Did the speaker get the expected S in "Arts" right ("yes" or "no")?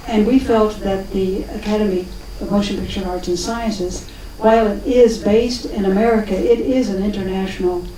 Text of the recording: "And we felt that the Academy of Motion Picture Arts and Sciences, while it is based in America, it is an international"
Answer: no